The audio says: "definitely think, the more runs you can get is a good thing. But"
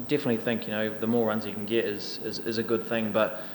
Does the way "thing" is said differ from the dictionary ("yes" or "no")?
no